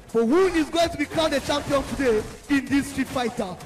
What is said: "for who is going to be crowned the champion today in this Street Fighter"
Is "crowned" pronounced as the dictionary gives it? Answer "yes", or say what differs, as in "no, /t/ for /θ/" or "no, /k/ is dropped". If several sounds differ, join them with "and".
no, /n/ is dropped